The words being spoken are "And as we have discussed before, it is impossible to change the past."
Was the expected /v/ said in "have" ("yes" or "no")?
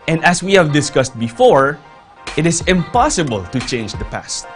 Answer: yes